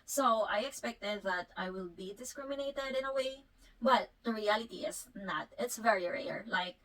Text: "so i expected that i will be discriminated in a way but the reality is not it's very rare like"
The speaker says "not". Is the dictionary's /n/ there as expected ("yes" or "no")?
yes